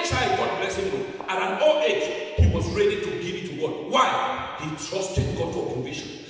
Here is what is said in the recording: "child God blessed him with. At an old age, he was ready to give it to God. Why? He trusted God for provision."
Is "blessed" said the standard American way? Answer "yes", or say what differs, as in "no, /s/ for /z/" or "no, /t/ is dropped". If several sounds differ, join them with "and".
no, /t/ is dropped